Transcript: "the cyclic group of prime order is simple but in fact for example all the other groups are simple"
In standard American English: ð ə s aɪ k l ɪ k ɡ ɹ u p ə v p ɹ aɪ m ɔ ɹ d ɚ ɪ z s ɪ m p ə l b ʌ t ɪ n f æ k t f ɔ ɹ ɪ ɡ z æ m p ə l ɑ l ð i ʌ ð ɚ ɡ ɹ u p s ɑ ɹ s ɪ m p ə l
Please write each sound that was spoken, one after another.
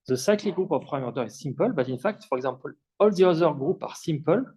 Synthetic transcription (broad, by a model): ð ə s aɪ k l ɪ ɡ ɹ u p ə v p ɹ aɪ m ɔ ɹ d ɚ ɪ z s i m p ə l b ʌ t ɪ n f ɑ k t f ɔ ɹ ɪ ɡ z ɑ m p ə l ɑ l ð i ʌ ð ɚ ɡ ɹ u p ɑ ɹ s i m p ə l